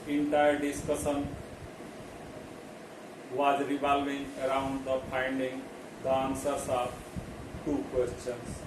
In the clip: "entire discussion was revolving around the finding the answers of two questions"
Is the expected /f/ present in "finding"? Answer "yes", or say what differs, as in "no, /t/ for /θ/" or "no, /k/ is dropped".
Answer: no, /p/ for /f/